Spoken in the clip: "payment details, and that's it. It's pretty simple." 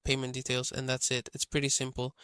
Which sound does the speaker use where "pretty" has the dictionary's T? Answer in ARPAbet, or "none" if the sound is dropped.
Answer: T